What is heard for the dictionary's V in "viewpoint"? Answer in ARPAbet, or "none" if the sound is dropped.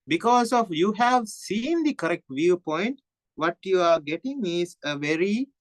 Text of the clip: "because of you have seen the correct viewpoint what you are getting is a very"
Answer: V